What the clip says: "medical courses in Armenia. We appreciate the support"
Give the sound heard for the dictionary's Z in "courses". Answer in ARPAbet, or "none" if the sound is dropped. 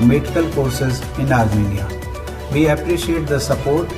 Z